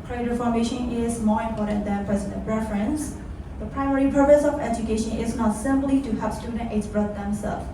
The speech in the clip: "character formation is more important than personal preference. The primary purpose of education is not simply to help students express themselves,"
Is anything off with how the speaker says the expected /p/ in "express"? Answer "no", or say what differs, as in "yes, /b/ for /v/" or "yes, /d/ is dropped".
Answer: yes, /b/ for /p/